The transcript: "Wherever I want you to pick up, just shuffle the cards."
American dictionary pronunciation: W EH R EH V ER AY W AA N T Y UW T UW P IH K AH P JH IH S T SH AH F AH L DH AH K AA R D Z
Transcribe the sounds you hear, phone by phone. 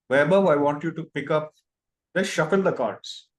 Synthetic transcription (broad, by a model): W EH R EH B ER AY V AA N T Y UW T UW P IH K AH P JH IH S SH AH F AH L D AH K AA R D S